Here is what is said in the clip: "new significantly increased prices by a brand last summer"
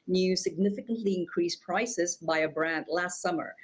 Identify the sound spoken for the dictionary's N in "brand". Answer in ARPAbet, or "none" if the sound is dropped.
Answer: N